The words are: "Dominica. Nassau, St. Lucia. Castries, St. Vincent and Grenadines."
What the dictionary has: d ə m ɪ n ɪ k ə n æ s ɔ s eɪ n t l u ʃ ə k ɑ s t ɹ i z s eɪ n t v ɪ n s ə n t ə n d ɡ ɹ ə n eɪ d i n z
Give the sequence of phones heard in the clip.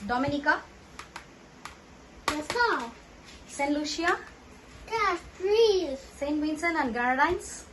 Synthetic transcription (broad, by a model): d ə m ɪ n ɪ k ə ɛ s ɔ s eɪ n l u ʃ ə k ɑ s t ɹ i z s eɪ n t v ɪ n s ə n ə n d ɡ ɹ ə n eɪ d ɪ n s